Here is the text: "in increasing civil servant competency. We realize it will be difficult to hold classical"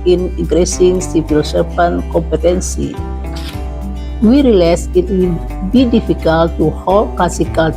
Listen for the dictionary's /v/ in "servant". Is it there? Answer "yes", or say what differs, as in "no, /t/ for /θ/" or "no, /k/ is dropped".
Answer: no, /p/ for /v/